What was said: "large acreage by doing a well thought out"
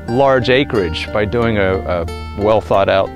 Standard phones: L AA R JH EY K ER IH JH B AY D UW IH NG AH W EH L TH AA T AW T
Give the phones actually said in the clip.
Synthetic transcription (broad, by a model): L AA R JH EY K ER IH JH B AY D UW IH NG AH W EH L TH AA T AW T